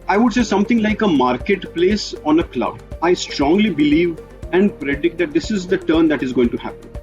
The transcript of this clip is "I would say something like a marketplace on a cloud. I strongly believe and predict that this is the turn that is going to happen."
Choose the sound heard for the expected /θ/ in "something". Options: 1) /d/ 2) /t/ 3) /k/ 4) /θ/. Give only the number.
2